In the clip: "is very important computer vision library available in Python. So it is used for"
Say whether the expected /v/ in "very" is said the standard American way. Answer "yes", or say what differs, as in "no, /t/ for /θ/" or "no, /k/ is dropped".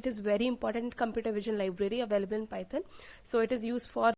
yes